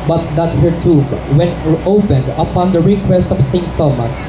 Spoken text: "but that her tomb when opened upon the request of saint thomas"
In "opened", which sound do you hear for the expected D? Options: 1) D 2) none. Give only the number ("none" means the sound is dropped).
1